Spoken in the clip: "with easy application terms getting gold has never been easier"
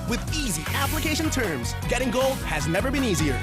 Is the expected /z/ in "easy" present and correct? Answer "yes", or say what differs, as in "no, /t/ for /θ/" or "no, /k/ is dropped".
yes